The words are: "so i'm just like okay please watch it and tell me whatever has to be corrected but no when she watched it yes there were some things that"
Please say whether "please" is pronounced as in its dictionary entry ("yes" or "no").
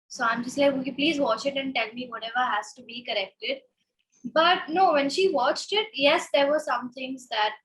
yes